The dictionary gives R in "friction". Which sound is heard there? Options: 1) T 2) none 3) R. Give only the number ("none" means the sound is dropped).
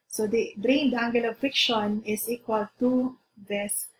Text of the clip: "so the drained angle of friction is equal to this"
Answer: 2